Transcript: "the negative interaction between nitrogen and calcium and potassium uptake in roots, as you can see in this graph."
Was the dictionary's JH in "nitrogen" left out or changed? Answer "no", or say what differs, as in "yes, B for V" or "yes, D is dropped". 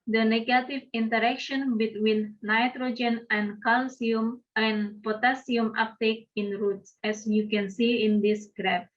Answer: no